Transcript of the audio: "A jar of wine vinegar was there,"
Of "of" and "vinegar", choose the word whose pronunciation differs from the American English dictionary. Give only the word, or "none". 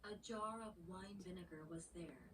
none